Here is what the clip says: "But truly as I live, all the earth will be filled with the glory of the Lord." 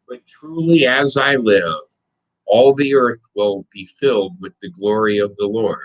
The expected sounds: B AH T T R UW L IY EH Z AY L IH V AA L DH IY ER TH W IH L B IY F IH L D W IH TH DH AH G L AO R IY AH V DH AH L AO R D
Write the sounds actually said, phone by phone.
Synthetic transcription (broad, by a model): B AH T T R UW L IY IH Z AY L IH V AA L DH IY ER TH W IH L B IY F IH L D W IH DH AH G L AO R IY AH V DH AH L AO R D